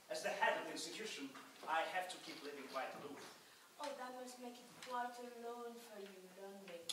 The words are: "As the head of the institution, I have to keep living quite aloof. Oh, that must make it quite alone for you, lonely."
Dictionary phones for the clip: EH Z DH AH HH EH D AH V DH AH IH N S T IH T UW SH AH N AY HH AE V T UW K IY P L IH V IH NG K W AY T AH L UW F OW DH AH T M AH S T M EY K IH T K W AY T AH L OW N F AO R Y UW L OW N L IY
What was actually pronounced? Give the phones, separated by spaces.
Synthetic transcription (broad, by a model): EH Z DH AH HH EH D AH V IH N S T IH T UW SH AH N AY HH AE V T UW K IY P L IH V IH NG K W AY T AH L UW OW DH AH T M AH S T M EY K IH T K W AY T AH L OW N F AO R Y UW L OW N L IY